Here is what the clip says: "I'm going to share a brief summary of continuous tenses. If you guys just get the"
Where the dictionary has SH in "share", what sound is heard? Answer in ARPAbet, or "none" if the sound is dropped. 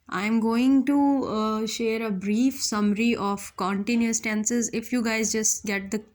SH